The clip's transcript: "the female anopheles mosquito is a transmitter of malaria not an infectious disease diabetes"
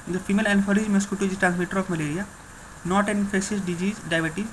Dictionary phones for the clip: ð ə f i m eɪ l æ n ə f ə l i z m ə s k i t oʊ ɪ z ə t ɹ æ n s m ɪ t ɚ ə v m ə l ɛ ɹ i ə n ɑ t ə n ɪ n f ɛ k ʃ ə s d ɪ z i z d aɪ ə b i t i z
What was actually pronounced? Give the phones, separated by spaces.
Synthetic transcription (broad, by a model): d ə f i m eɪ l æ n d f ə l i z m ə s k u t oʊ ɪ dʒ ə t ɹ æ n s m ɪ t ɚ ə f m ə l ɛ ɹ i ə n ɑ t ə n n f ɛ ʃ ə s d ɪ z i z d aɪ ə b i t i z